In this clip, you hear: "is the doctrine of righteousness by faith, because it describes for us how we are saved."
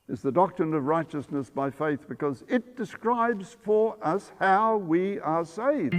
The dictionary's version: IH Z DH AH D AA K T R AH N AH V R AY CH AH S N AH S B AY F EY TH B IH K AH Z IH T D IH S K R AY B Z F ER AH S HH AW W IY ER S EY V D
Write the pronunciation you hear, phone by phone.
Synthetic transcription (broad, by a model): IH Z DH AH D AA K T R AH N AH V R AY CH AH S N AH S B AY F EY TH B IH K AH Z IH T D IH S K R AY B Z F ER AH S HH AW W IY ER S EY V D